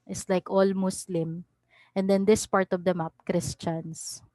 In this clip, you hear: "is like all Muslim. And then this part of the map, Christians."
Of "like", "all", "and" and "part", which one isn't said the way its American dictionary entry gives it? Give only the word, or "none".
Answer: none